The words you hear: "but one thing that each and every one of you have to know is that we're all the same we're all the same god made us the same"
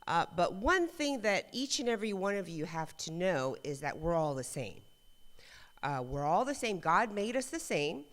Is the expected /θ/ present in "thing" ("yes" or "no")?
yes